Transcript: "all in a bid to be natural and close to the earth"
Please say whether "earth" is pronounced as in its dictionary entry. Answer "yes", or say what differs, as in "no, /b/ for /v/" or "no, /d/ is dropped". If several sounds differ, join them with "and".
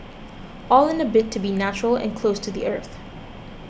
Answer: yes